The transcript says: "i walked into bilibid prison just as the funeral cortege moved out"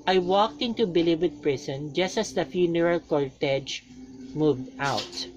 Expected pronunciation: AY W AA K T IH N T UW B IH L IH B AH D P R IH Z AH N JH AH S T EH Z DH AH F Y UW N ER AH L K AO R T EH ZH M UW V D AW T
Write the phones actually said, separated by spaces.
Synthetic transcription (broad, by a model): AY W AA K T IH N T UW B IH L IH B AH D P R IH S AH N JH AH S T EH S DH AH F Y UW N ER AH L K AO R T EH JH M UW V D AW T